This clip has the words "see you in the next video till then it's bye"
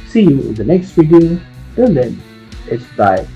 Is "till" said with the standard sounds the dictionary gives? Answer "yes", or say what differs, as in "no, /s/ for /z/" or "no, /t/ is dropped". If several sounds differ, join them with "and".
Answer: no, /n/ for /l/